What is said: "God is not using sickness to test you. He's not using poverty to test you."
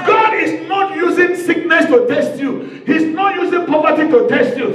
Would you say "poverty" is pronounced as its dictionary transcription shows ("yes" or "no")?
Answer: no